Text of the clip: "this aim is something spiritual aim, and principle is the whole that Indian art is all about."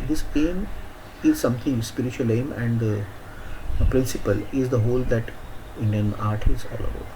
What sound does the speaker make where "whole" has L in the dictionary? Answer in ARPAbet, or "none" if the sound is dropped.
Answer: L